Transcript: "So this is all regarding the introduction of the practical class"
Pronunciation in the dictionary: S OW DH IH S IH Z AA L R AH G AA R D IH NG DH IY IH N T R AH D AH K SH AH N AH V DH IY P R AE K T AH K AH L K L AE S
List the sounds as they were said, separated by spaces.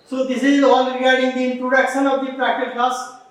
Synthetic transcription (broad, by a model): S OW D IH S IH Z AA N R AH G AA R D IH NG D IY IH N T R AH D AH K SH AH N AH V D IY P R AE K T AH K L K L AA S